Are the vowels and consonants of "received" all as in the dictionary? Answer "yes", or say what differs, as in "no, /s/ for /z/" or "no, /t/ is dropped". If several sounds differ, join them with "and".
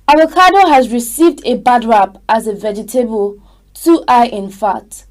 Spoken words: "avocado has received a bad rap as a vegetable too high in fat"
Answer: yes